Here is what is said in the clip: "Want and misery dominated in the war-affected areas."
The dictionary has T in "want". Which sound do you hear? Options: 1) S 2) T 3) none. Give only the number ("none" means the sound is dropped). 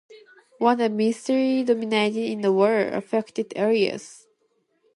3